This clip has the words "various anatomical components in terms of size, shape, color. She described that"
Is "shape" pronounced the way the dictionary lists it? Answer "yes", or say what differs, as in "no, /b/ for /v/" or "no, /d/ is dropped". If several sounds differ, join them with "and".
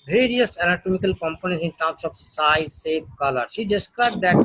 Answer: no, /s/ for /ʃ/